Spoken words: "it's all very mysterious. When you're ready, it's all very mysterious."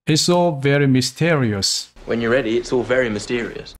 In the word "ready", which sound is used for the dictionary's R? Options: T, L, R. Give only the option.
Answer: R